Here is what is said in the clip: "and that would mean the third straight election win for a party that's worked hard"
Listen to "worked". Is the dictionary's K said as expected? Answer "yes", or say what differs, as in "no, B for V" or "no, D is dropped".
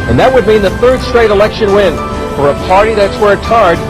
no, K is dropped